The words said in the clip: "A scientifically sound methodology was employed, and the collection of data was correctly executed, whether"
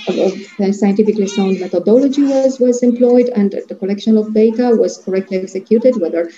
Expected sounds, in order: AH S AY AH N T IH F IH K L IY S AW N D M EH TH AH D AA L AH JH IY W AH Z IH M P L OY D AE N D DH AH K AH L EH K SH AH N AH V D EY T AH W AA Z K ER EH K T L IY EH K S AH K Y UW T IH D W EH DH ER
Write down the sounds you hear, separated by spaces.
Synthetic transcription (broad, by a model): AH S AY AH N T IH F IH K L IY S AW N D M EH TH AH D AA L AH JH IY W AH Z IH M P L OY D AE N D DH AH K AH L EH K SH AH N AH V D EY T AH W AA Z K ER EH K T L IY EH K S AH K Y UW T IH D W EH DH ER